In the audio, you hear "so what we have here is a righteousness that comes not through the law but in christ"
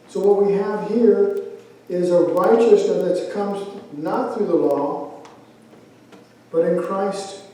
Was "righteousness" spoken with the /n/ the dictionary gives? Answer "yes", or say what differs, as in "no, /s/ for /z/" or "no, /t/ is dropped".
no, /n/ is dropped